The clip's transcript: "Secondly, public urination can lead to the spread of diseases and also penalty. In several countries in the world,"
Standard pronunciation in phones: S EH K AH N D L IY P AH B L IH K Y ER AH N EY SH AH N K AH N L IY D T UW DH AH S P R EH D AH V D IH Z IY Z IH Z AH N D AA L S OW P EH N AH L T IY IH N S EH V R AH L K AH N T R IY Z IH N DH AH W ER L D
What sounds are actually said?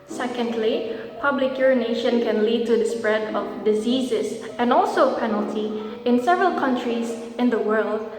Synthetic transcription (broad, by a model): S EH K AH N D L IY P AH B L IH K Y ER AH N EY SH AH N K AH N L IY D T UW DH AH S P R EH D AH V D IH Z IY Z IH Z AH N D AA L S OW P EH N AH L T IY IH N S EH V R AH L K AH N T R IY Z IH N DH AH W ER L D